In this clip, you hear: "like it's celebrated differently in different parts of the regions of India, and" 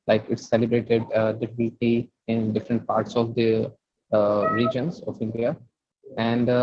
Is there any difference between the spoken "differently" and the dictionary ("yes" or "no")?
yes